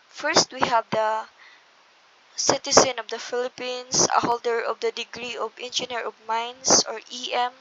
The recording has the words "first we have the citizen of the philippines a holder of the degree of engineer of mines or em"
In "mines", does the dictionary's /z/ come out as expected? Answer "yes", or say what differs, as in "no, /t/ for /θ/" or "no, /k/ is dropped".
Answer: no, /s/ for /z/